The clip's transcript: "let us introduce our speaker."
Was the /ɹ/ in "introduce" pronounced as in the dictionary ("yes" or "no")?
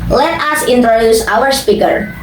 yes